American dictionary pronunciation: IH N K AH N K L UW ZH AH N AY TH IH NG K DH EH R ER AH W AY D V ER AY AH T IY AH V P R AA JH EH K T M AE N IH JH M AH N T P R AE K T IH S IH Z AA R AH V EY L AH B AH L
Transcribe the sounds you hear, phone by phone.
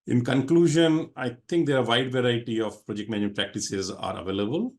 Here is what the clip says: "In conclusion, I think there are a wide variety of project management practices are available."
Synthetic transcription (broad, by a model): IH N K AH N K L UW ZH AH N AY T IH NG K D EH R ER AH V AY D V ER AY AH T IY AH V P R AA JH EH K T M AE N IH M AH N P R AE K T IH S IH Z AA R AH V EY L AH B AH L